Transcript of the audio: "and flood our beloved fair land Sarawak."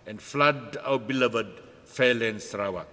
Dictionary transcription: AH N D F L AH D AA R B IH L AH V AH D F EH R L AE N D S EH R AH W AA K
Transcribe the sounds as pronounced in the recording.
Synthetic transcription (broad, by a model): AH N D F L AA D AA W B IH L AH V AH D F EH L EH N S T R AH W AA